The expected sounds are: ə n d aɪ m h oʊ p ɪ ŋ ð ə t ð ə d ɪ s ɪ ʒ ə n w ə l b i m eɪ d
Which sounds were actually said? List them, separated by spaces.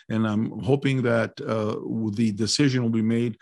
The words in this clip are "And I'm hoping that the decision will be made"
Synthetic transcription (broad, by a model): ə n aɪ m h oʊ p ɪ ŋ ð ə t ð ə d ɪ s ɪ ʒ ə n w ə l b i m eɪ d